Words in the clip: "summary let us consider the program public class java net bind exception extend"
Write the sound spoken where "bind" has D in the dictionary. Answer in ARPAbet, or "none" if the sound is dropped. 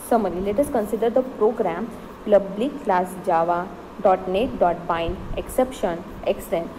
none